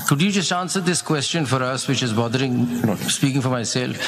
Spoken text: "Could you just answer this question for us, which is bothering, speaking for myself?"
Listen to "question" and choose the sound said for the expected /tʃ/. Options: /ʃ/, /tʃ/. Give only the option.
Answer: /tʃ/